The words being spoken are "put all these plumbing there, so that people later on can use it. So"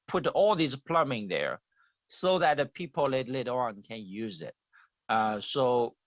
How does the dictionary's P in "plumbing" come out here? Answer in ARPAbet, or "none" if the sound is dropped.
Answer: P